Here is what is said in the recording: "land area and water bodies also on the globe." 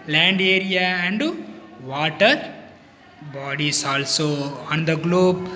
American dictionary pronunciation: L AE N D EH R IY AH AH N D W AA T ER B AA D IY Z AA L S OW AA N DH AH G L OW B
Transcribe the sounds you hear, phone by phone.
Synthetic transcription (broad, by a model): L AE N D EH R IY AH AH N D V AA T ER B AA D IY S AA L S OW AA N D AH G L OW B